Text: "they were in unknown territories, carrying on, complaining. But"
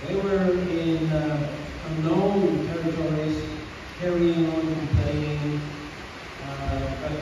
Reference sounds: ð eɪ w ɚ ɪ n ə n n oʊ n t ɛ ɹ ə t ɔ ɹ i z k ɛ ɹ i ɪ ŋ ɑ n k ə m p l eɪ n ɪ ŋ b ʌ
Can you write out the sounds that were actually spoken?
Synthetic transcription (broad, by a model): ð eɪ w ɚ ɪ n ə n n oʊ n t ɛ ɹ ə t ɔ ɹ i z k ɛ ɹ i ɪ ŋ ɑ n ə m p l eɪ ɪ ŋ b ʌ